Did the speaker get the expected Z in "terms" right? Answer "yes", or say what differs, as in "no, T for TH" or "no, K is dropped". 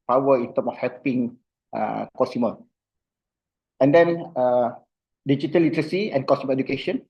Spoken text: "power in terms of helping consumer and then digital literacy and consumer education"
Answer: no, Z is dropped